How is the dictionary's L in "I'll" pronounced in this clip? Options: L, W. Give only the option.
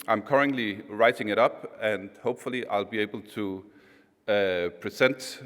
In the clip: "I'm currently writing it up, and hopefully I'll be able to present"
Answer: L